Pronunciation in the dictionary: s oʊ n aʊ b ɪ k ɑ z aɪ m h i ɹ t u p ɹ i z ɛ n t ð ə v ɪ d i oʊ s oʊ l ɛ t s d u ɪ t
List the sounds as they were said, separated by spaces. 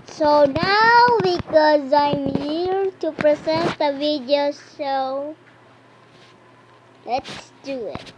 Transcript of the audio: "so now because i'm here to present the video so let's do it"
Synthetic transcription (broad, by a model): s oʊ n aʊ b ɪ k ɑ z aɪ m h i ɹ t u p ɹ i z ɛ n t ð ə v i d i oʊ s oʊ l ɛ t s d u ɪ t